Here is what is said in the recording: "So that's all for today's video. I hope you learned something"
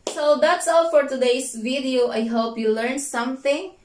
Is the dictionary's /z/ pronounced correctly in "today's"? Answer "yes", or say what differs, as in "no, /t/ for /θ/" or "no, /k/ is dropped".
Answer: no, /s/ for /z/